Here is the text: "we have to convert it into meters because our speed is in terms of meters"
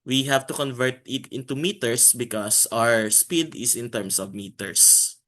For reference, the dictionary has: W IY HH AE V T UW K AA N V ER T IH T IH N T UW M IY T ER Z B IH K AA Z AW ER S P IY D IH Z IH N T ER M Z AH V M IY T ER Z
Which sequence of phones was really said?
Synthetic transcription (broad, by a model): W IY HH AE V T UW K AA N V ER T IH T IH N T UW M IY T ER S B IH K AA S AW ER S P IY D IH S IH N T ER M S AH V M IY T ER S